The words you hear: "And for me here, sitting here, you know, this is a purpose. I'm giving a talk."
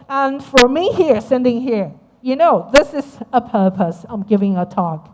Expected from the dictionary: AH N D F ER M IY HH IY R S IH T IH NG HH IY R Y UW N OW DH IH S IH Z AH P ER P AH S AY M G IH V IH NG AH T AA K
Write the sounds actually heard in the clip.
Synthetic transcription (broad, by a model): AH N F ER M IY HH IY R S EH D IH NG HH IY R Y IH N OW DH IH S IH Z AH P ER P AH S AY M G IH V IH NG AH T AA K